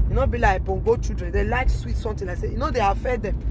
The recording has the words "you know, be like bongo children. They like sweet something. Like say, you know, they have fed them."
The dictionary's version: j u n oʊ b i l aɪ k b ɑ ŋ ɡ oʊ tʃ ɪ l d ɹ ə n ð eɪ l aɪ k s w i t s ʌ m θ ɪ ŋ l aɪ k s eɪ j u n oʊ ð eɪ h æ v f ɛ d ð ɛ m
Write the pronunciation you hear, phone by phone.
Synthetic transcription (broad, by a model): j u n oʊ b i l aɪ k b ɑ ŋ ɡ oʊ tʃ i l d ɹ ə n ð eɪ l aɪ k s w i t s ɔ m t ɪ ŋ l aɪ s eɪ j u n oʊ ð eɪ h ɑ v f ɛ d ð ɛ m